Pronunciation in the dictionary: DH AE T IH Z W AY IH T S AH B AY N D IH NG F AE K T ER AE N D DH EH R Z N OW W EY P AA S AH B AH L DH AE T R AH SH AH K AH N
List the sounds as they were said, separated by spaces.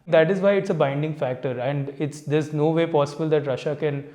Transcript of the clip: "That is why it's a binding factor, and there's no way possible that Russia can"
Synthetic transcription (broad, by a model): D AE T IH Z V AY IH T S AH B AY N D IH NG F AE K T ER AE N D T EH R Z N OW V EY P AA S AH B AH L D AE T R AH SH AH K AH N